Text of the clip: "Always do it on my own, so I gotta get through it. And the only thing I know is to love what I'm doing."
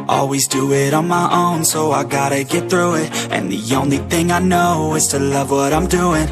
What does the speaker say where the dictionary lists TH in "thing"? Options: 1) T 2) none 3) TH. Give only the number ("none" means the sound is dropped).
3